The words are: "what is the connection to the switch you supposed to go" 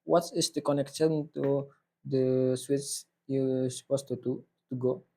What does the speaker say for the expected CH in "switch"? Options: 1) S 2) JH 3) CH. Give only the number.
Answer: 1